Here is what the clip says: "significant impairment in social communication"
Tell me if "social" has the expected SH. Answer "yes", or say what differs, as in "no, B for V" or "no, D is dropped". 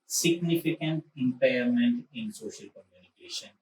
yes